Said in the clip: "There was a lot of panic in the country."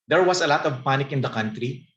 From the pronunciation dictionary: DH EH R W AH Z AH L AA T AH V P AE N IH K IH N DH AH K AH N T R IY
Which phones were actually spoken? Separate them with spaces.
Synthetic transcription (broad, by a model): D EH R W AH S AH L AA T AH V P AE N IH K IH N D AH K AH N T R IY